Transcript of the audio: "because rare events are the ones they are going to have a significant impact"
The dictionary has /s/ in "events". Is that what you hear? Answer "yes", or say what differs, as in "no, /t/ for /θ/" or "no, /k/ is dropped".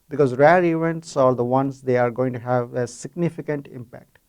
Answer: yes